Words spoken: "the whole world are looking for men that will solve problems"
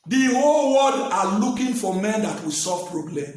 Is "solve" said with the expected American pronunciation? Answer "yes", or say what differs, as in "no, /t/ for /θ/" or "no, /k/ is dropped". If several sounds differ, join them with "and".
no, /l/ is dropped